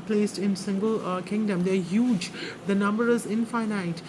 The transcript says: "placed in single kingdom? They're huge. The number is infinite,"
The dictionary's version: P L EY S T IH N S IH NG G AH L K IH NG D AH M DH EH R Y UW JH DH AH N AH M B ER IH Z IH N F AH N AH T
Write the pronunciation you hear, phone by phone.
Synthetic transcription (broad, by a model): P L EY S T IH N S IH NG G AH L K IH NG D AH M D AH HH Y UW JH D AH N AH M B ER IH Z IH N F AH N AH T